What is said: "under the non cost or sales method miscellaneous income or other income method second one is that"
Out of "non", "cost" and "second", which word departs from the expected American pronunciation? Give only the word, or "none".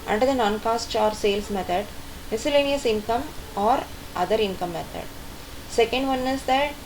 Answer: none